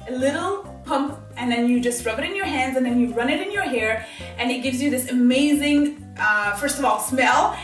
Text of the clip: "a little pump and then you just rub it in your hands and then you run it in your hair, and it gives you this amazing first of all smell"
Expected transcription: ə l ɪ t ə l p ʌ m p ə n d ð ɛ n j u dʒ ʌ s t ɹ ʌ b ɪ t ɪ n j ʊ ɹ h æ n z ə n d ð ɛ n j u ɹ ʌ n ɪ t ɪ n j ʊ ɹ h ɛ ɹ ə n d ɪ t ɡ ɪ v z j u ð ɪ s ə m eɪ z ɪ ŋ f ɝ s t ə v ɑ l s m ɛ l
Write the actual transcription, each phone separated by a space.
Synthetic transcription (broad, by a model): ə l ɪ t l p ʌ m p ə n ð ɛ n j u dʒ ʌ s t ɹ ʌ b ɪ t ɪ n j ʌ ɹ h æ n z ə n ð ɛ n j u ɹ ʌ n ɪ t ɪ n j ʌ ɹ h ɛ ɹ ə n ɪ t ɡ ɪ v z j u ð ɪ s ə m eɪ z ɪ ŋ f ɝ s t ə v ɑ l s m ɛ l